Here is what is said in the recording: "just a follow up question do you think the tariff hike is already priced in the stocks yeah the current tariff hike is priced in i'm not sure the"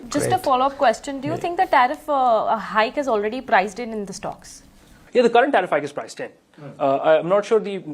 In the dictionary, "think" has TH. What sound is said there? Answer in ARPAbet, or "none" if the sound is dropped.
T